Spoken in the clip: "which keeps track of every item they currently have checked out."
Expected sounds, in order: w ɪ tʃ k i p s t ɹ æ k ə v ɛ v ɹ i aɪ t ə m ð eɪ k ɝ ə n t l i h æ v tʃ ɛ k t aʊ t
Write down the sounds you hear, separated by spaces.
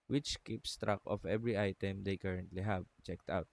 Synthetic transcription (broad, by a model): w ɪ tʃ k i p s t ɹ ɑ k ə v ɛ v ɹ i aɪ t ə m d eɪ k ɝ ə n t l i h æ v tʃ ɛ k t aʊ t